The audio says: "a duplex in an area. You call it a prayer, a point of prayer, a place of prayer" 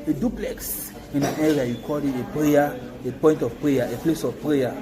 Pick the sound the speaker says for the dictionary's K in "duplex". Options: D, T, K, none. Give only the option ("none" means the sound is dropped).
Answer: K